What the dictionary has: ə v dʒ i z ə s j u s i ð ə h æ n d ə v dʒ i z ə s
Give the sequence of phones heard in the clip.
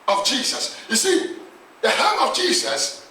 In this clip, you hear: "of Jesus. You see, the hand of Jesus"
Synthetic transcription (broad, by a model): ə v dʒ i z ə s j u s i ð ə h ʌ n ə v dʒ i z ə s